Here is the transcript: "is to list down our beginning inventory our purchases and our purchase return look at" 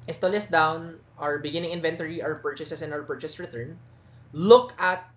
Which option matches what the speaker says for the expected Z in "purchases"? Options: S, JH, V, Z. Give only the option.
S